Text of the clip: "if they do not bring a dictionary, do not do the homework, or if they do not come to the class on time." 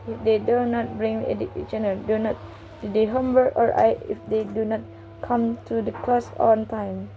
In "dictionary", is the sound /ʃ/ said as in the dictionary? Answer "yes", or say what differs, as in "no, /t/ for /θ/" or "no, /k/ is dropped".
no, /ʃ/ is dropped